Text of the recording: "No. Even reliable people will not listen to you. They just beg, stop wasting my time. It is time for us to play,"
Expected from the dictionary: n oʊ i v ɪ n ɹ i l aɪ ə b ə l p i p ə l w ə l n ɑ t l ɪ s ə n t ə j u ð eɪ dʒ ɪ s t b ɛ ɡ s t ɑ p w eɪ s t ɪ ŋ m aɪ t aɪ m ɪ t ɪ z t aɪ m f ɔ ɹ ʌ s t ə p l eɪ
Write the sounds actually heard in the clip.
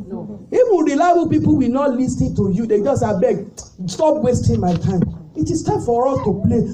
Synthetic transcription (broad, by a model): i w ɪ ɹ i l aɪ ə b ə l p i p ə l w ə n ɑ t l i s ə t ə j u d eɪ dʒ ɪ s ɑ b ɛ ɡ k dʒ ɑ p w eɪ s t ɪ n m aɪ t aɪ m ɪ t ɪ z t aɪ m f ɔ ɹ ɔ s t ə p l eɪ